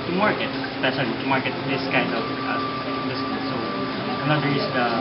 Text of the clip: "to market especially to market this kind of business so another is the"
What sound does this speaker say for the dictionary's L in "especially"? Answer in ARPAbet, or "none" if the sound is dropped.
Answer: none